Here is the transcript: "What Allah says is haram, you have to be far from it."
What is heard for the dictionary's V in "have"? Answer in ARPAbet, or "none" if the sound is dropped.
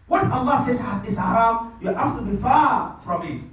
F